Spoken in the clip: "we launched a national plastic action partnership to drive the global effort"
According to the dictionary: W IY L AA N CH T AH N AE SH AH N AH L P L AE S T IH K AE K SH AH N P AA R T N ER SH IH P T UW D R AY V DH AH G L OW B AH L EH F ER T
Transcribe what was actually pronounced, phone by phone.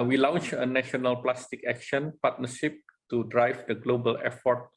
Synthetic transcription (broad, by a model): W IY L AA N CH AH N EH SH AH N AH L P L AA S T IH K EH K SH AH N P AA T N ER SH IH P T UW D R AY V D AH G L OW B AH L EH F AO T